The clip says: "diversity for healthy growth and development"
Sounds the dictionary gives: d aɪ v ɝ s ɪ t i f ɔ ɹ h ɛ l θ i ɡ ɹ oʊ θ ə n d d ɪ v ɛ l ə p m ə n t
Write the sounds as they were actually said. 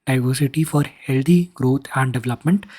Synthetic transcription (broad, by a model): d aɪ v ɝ s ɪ t i f ɔ ɹ h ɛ l t i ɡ ɹ oʊ t ə n d d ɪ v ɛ l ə p m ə n t